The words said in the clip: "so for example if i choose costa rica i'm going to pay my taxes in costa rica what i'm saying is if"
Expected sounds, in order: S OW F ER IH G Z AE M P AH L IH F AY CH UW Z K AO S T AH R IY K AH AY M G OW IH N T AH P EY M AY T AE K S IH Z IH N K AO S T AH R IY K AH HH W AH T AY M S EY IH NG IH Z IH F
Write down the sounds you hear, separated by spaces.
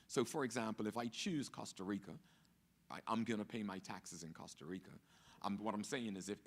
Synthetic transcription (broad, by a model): S OW F ER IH G Z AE M P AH L IH F AY CH UW Z K AO S T AH R IY K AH AY M G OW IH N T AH P EY M AY T AE K S IH Z IH N K AO S T AH R IY K AH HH W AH T AY M S EY IH NG IH Z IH F